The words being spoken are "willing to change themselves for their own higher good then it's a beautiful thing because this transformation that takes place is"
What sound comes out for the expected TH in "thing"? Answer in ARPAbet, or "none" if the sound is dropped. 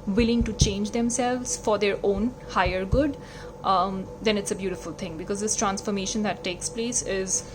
T